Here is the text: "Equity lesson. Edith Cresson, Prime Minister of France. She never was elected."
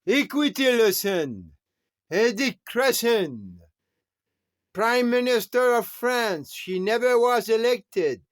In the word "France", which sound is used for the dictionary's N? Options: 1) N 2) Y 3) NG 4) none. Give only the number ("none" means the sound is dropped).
1